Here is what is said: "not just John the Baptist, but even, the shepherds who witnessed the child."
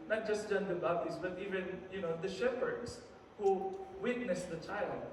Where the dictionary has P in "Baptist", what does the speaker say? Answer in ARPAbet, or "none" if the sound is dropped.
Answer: none